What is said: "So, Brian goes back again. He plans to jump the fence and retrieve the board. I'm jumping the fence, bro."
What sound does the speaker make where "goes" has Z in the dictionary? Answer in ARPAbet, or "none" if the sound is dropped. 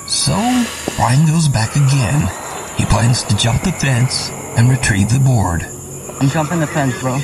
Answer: Z